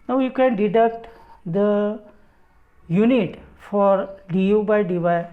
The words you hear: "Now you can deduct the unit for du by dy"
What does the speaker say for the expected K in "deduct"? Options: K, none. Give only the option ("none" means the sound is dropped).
K